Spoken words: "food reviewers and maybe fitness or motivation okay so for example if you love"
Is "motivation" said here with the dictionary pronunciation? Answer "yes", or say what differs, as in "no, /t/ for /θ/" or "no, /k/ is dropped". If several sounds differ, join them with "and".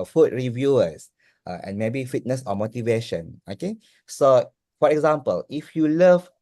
yes